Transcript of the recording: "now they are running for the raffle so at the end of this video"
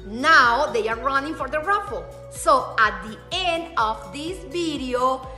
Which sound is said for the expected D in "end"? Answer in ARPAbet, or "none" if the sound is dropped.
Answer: D